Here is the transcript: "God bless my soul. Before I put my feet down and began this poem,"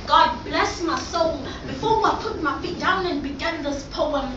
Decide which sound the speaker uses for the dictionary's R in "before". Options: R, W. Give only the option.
W